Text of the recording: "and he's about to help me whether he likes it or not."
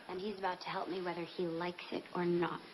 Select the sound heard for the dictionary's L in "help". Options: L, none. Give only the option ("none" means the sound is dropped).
L